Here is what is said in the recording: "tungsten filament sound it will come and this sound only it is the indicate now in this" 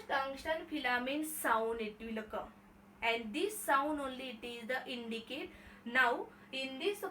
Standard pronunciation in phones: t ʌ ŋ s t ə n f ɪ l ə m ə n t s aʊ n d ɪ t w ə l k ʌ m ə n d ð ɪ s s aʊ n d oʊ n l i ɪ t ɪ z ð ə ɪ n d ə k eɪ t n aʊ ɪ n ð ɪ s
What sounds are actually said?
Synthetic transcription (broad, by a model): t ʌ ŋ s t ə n f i l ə m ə n s aʊ n d ɪ t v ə l k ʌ ə n d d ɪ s s aʊ n d oʊ n l i t ɪ z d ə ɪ n d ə k eɪ t n aʊ ɪ n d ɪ s